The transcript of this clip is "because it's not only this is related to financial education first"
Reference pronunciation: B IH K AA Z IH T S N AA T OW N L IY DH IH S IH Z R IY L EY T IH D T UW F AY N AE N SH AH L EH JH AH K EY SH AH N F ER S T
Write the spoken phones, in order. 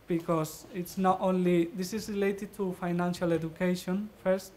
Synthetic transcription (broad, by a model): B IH K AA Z IH T S N AA T OW N L IY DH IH S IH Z R IY L EY T IH D T UW F AY N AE N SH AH L EH JH AH K EY SH AH N F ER S T